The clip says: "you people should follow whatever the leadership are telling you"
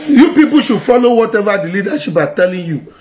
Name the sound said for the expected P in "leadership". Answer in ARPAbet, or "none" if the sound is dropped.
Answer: B